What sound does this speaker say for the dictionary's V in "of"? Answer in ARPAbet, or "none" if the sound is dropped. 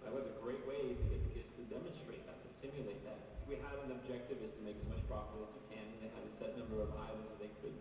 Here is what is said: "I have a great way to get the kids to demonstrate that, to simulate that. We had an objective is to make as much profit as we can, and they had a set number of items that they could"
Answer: V